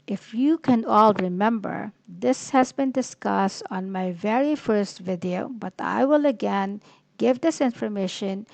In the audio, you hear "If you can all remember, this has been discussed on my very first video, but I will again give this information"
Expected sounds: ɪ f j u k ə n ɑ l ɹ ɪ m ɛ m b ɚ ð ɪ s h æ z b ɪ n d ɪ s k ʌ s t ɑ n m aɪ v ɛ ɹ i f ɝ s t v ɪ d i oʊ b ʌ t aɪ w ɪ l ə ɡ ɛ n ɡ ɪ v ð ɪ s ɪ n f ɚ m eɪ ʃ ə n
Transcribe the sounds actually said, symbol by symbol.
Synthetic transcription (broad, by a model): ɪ f j u k ə n ɑ l ɹ ɪ m ɛ m b ɚ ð ɪ s h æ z b ɪ n d ɪ s k ʌ s t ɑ n m aɪ v ɛ ɹ i f ɝ s t v ɪ d i oʊ b ʌ t aɪ w ɪ l ə ɡ ɛ n ɡ ɪ v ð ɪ s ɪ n f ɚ m eɪ ʃ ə n